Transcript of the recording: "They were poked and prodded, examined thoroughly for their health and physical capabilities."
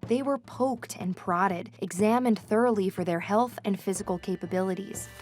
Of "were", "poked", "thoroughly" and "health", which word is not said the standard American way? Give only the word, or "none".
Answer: none